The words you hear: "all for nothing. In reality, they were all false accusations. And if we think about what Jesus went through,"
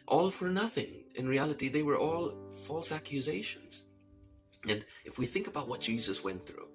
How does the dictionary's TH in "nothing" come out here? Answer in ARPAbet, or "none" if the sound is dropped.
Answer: TH